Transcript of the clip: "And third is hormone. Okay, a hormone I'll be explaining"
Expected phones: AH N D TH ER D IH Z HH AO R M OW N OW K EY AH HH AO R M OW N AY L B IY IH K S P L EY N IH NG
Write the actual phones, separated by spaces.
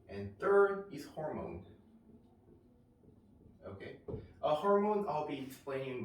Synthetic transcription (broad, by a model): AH N TH ER D IH Z HH AO R M OW N OW K EY AH HH AO R M OW N AY L B IY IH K S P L EY IH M